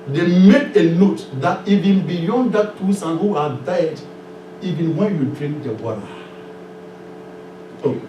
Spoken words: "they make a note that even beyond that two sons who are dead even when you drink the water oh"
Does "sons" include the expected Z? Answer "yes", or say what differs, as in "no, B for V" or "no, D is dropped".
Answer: no, Z is dropped